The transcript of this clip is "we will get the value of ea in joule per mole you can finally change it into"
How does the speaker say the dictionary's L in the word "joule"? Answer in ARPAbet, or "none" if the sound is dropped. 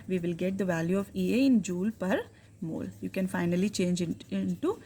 L